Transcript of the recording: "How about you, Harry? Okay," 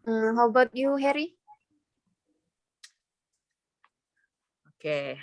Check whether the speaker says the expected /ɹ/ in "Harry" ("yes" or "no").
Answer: yes